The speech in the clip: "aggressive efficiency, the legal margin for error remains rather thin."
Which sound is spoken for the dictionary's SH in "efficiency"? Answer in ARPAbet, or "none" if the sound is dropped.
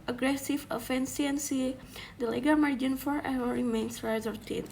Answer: S